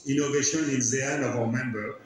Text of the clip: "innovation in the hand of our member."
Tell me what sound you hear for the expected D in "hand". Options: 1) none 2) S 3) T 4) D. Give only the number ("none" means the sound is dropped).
1